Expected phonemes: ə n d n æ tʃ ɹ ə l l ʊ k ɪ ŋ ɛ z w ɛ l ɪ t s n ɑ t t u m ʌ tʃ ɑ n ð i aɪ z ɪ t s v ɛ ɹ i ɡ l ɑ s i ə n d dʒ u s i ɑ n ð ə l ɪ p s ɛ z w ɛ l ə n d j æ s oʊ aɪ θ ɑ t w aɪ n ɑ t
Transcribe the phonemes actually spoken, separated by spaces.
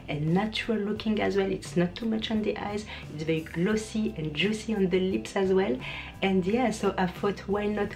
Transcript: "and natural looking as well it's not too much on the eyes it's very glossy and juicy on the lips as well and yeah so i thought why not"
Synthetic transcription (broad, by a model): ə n n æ tʃ ɹ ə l l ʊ k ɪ ŋ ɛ z w ɛ l ɪ t s n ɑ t t u m ʌ tʃ ɑ n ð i aɪ z ɪ t s v ɛ ɹ i ɡ l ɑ s i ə n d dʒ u s i ɑ n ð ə l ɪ p s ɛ z w ɛ l ə n d j æ s oʊ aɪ f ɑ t w aɪ n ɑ t